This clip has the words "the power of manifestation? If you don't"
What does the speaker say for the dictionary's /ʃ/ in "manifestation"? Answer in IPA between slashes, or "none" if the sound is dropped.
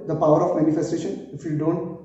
/ʃ/